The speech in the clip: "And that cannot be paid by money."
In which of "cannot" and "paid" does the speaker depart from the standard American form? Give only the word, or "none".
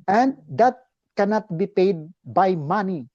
none